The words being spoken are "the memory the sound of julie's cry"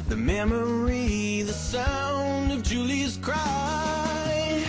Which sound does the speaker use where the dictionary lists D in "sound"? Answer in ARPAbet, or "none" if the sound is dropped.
none